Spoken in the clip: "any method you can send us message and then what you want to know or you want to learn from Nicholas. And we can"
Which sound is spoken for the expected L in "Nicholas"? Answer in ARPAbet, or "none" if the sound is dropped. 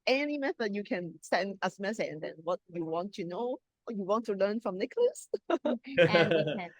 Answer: L